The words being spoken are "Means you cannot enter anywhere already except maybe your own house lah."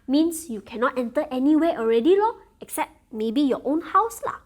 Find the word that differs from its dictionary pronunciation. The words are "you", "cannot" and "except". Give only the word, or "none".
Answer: none